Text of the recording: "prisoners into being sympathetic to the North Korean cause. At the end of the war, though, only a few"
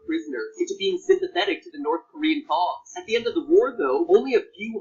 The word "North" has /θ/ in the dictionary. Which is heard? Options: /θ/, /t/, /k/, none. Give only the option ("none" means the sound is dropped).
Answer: /θ/